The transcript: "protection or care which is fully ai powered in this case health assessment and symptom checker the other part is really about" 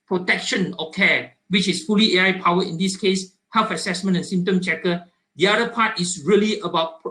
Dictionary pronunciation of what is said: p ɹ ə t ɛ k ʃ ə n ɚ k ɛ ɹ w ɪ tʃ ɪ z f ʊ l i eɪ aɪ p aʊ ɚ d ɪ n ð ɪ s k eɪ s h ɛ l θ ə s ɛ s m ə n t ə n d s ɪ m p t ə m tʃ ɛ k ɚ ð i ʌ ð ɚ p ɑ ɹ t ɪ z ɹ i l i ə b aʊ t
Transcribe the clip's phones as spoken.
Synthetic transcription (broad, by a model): p ɹ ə t ɛ k ʃ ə n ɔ k ɛ w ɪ tʃ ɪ s f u l i eɪ aɪ p aʊ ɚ ɪ n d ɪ s k eɪ s h ɛ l f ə s ɛ s m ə n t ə n s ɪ m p t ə m tʃ ɛ k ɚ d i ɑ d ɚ p ɑ t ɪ s ɹ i l i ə b aʊ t